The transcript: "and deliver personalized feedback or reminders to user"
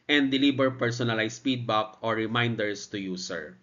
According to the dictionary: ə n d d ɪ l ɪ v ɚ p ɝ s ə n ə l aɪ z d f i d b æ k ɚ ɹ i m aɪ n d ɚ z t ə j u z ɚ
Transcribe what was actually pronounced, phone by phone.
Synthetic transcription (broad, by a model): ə n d d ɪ l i b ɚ p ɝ s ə n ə l aɪ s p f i d b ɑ k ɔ ɹ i m aɪ n d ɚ s t ə j u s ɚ